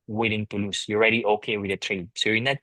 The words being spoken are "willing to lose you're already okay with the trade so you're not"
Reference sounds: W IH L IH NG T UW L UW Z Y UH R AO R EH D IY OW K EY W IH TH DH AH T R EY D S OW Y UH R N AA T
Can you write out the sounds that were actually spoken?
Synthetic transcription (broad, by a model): W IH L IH NG T UW L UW S Y AO R EH D IY OW K EY W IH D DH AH T R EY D S OW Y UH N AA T